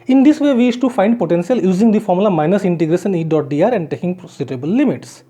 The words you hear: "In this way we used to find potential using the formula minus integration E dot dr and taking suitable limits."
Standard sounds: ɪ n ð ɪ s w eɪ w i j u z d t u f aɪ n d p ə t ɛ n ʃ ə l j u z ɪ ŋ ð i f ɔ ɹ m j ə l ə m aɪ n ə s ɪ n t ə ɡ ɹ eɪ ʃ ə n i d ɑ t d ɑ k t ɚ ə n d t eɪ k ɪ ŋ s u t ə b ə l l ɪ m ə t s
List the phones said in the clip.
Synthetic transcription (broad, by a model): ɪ n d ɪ s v eɪ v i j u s t u f aɪ n d p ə t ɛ n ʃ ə l j u z ɪ ŋ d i f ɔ ɹ m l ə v m aɪ n ə s ɪ n t ə ɡ ɹ eɪ ʃ ə n i d ɑ t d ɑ t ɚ ə n d t eɪ k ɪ ŋ s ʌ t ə b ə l l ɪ m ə t s